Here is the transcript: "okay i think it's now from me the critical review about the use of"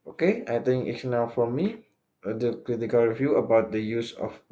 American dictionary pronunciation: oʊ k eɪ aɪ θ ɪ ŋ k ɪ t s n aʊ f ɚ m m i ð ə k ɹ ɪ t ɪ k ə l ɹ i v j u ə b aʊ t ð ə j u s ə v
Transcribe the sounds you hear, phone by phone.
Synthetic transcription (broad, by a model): oʊ k eɪ aɪ t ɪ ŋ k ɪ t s n aʊ f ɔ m m i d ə k ɹ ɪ t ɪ k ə l ɹ i v j u ə b aʊ t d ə j u s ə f